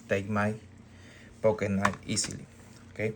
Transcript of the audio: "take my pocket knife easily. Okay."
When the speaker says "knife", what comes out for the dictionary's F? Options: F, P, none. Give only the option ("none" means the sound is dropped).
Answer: none